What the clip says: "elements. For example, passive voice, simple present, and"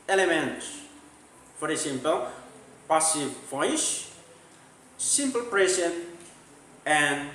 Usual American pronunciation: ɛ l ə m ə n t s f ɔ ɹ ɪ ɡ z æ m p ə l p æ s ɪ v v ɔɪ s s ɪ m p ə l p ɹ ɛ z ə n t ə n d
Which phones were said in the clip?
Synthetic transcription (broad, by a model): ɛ l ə m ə n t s f ɔ ɹ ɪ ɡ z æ m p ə l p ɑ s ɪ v f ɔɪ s s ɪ m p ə l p ɹ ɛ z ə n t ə n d